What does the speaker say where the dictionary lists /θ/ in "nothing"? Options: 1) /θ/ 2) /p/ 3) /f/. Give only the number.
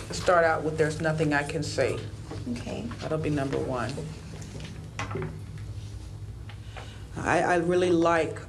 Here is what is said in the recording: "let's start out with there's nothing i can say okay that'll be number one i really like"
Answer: 1